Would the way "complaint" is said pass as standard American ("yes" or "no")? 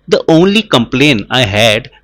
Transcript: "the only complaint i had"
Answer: no